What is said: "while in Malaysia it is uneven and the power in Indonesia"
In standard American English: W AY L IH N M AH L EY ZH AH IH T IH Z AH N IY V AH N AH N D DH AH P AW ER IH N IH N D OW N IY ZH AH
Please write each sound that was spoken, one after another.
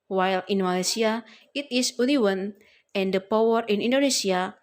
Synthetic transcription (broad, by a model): W AY L IH N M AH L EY S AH IH T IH S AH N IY W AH N AH N D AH P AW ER IH N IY N D OW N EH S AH